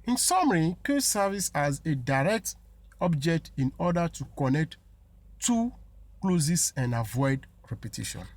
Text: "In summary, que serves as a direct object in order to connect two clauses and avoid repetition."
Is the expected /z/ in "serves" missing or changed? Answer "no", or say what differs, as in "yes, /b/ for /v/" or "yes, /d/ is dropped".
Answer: yes, /s/ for /z/